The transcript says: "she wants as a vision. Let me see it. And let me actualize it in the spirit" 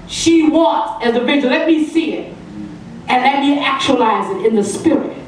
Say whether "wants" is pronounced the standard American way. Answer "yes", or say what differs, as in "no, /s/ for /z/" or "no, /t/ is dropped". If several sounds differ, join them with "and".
no, /n/ is dropped and /s/ is dropped